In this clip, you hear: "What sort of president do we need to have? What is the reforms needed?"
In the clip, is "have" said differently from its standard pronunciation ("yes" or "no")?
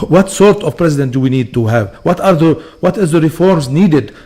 no